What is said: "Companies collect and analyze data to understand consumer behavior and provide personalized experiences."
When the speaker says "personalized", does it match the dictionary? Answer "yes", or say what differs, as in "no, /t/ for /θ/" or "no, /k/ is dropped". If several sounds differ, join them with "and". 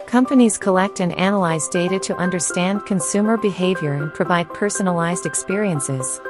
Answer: yes